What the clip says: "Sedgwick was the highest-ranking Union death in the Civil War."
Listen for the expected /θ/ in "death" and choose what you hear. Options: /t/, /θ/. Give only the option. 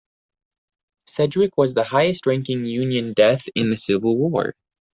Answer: /θ/